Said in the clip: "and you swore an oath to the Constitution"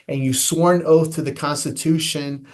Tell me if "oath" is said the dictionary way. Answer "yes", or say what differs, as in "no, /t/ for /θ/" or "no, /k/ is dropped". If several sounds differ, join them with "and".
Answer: yes